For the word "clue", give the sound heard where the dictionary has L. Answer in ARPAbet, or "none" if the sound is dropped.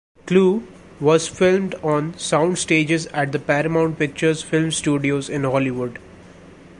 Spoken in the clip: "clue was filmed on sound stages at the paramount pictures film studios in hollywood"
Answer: L